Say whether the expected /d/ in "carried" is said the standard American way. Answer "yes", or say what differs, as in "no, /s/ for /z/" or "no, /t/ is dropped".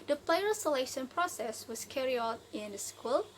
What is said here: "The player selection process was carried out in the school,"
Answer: no, /d/ is dropped